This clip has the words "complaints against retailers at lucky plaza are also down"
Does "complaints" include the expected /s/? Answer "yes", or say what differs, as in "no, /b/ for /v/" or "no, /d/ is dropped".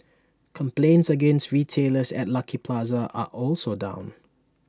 yes